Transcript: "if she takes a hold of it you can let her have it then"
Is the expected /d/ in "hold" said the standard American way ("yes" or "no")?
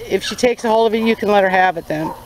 no